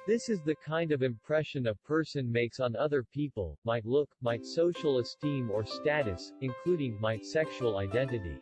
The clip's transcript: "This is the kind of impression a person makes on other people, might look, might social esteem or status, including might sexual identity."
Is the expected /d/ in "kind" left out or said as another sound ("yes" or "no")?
no